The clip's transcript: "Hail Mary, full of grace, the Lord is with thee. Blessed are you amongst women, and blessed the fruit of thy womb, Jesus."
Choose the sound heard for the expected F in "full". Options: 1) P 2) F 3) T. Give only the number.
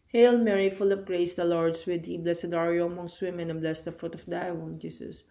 2